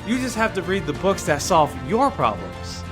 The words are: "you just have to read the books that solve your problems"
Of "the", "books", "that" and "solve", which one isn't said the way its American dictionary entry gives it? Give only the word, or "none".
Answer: none